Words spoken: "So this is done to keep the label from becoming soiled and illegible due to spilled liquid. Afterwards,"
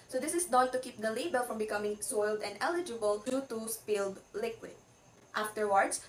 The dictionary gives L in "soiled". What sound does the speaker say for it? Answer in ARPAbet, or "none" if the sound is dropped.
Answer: L